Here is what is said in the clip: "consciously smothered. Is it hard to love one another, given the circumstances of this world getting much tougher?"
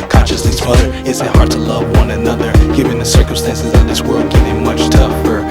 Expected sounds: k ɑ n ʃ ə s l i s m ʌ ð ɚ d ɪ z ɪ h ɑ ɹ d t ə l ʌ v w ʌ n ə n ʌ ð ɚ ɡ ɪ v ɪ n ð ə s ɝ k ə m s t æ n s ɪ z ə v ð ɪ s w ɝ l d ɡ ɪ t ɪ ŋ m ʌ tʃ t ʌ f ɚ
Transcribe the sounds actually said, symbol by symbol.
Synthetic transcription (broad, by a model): k ɑ n ʃ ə s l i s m ʌ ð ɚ ɪ s ɪ h ɑ ɹ d t ə l ʌ v w ʌ n ə n ʌ ð ɚ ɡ ɪ v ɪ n ð ə s ɝ k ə m s t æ n s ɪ z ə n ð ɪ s w ɝ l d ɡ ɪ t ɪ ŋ m ʌ tʃ t ʌ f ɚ